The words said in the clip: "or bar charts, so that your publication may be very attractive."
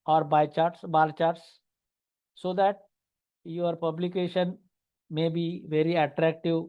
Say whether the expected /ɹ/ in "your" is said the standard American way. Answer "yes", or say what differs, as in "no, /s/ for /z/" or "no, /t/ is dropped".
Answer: yes